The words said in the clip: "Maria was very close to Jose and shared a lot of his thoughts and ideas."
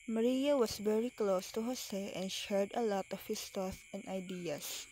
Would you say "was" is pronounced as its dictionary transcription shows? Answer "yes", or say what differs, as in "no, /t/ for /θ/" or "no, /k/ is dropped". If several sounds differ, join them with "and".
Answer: no, /s/ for /z/